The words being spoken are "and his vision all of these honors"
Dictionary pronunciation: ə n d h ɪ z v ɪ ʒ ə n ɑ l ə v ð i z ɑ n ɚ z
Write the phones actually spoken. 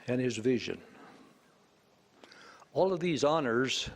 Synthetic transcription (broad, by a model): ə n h ɪ z v ɪ ʒ ə n ɑ l ə v ð i z ɑ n ɚ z